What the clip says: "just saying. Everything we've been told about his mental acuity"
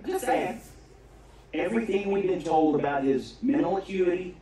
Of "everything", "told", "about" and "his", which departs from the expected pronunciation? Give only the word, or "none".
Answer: none